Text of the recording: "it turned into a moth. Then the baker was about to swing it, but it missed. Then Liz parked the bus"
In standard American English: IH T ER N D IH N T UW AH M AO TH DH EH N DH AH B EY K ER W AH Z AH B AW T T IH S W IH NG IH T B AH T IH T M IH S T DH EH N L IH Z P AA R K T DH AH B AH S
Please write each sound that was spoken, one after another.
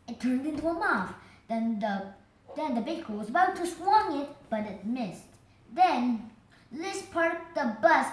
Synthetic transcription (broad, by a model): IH T ER N D IH N T UW AH M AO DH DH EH N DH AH B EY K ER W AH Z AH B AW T T IH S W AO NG IH T B AH T IH T M IH S T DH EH N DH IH S P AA R T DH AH B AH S